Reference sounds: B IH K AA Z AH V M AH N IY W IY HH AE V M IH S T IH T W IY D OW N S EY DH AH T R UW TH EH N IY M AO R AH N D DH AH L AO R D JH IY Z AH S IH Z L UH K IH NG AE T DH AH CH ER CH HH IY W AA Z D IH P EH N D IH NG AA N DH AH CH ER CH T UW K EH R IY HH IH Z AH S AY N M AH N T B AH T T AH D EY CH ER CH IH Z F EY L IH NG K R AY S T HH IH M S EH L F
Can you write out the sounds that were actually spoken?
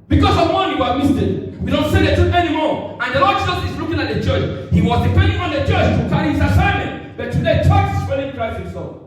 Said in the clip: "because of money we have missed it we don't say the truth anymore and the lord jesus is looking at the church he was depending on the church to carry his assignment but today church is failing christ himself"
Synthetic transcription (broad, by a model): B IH K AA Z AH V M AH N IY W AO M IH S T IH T W IY D OW N S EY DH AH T UW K EH N IY M AO R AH N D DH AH L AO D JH IY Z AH S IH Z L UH K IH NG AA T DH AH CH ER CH HH IY W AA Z D IH P EH N D IH NG AA N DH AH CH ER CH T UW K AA IY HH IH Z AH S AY M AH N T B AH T T AH D EY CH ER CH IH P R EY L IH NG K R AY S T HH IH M S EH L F